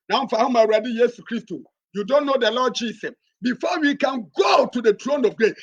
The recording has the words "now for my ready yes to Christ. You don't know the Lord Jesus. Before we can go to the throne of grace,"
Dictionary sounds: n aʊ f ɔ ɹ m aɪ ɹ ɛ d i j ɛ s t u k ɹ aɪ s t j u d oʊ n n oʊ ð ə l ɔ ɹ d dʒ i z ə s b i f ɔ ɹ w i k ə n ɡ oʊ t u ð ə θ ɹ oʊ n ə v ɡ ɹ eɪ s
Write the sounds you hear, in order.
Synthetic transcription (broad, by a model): n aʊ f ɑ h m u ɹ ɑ d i j ɛ s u k ɹ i s t j u d oʊ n n oʊ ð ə l ɔ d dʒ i s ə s b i f ɔ w i k ə n ɡ oʊ t u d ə t ɹ oʊ n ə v ɡ ɹ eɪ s